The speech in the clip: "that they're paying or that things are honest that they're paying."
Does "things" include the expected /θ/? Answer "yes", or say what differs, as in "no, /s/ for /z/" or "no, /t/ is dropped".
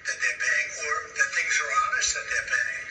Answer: yes